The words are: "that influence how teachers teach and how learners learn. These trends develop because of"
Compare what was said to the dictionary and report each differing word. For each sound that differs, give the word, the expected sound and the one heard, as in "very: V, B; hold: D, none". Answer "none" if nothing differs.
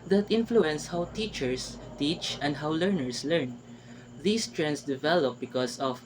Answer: teachers: Z, S; learners: Z, S; these: Z, S; trends: Z, S; because: Z, S